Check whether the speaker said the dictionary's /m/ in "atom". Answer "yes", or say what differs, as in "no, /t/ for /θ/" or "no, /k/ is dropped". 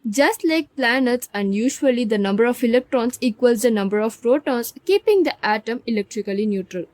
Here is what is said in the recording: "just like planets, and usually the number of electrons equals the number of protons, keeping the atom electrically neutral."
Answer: yes